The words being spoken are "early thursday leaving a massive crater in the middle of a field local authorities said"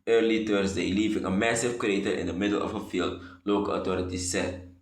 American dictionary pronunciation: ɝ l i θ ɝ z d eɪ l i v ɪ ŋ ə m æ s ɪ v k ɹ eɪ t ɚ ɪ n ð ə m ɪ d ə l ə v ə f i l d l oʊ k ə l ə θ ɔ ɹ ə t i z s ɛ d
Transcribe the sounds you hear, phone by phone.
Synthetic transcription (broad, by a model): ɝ l i t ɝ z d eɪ l i v ɪ ŋ ə m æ s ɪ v k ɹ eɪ t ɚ ɪ n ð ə m ɪ d ə l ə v ə f i l d l oʊ k ə l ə t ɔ ɹ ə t i s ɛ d